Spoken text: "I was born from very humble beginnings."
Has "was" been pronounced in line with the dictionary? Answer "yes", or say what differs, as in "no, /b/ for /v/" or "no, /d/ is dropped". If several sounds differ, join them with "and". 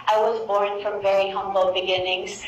yes